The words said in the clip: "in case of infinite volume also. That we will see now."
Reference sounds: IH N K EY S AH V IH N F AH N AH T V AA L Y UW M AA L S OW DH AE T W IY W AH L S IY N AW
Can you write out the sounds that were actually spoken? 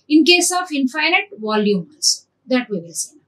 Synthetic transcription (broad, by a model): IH N K EY S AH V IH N F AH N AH T V AA L Y UW M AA S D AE T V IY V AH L S IY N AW